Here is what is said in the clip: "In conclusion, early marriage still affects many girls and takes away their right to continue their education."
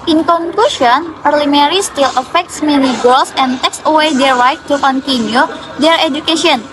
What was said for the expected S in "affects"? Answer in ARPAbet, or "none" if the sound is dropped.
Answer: S